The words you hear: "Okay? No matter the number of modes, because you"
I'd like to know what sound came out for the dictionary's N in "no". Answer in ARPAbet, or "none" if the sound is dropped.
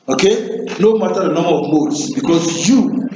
N